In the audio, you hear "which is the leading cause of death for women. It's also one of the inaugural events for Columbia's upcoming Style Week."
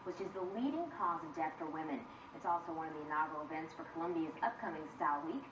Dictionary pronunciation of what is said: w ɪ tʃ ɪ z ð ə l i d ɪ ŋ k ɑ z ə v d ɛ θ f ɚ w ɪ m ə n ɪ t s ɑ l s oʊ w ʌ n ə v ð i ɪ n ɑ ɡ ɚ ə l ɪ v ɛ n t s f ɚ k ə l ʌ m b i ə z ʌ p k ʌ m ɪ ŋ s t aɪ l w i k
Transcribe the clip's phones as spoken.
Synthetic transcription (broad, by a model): w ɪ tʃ ɪ z ð ə l i d ɪ ŋ k ɑ z ə v d ɛ θ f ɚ w ɪ m ə n ɪ t s ɑ l s oʊ w ʌ n ə v ð i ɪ n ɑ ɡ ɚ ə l ɪ v ɛ n t s f ɚ k ə l ʌ m b i ə z ʌ p k ʌ m ɪ ŋ s t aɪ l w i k